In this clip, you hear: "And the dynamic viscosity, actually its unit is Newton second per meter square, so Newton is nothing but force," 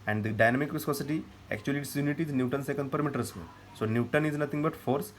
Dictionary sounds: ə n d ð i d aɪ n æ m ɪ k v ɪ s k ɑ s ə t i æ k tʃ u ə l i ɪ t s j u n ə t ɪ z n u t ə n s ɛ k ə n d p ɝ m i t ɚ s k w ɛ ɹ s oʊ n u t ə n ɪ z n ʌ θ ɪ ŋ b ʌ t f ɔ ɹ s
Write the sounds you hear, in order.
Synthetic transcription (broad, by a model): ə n d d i d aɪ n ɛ m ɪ k v ɪ s k ɑ s ə t i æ k tʃ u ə l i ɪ t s j u n ə t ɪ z n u t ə n s ɛ k ə n d p ɝ m i t ɚ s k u l s oʊ n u t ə n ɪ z n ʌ t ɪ ŋ b ʌ t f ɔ ɹ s